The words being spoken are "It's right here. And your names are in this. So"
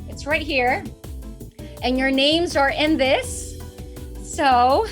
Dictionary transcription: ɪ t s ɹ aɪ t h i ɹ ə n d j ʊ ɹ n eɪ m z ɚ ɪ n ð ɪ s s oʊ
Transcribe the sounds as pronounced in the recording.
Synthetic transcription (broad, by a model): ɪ t s ɹ aɪ t h i ɹ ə n j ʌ ɹ n eɪ m z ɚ ɪ n ð ɪ s s oʊ